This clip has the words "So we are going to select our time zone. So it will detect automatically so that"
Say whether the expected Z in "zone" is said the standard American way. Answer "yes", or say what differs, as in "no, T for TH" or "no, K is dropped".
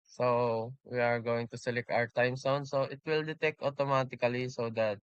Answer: no, S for Z